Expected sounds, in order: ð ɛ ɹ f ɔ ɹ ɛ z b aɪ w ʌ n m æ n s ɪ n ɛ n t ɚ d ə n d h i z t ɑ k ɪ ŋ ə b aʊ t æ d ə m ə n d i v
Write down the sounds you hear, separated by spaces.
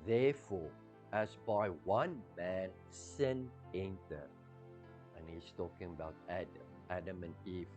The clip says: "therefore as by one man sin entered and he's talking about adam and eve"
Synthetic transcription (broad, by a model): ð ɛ f ɔ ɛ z b aɪ w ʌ n m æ n s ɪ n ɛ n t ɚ ə n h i s t ɑ k ɪ ŋ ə b aʊ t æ d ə m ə n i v